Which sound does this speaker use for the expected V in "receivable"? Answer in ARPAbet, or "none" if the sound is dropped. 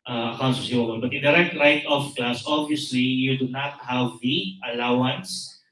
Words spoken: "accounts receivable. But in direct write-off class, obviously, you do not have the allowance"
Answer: none